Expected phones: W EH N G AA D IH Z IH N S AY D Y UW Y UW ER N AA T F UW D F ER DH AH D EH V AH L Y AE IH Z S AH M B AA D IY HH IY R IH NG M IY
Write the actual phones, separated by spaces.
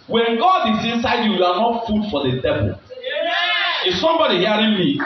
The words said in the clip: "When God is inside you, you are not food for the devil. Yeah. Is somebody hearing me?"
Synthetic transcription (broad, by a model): W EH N G AA D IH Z IH N S AY D Y UW Y UW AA N AA T F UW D F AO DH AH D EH P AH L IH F S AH M B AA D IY HH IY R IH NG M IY